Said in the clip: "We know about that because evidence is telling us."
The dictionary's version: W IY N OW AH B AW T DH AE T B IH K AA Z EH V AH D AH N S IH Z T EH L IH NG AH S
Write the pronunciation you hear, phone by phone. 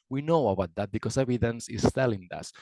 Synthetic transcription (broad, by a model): W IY N OW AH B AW T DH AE T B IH K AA S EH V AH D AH N S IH S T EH L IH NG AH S